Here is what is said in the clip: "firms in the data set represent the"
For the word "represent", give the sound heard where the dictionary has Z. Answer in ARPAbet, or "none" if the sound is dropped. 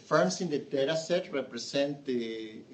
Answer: S